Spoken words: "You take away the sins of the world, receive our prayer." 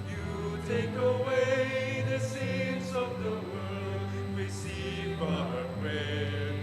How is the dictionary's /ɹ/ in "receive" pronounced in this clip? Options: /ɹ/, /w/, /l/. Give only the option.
/w/